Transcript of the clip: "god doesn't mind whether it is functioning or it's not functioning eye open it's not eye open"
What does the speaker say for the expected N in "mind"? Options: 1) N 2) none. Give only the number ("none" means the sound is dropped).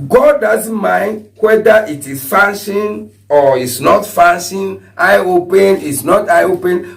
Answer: 1